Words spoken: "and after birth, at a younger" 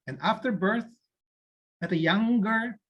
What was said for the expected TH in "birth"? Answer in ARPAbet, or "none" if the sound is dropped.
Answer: TH